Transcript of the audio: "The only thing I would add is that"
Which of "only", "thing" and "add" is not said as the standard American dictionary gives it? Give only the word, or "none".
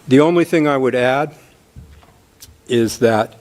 none